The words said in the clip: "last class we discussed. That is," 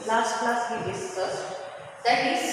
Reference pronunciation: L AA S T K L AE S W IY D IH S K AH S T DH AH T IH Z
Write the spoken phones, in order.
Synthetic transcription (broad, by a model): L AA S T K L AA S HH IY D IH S AH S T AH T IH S